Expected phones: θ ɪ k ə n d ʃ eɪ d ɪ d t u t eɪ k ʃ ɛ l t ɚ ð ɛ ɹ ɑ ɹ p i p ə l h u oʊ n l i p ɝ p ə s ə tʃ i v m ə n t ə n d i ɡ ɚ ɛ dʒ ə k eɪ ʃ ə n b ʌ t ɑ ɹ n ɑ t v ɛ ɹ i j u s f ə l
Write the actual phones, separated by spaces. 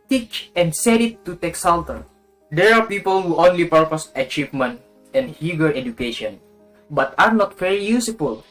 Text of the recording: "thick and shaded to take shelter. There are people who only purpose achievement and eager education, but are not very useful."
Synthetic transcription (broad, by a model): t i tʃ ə n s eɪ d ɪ t u t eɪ k s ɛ l t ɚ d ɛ ɹ ɑ ɹ p i p ə l h u oʊ n l i p ɝ p ə s ə tʃ i v m ə n t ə n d i ɡ ɚ ɛ dʒ ə k eɪ ʃ ə n b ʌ t ɑ ɹ n ɑ t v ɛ ɹ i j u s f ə l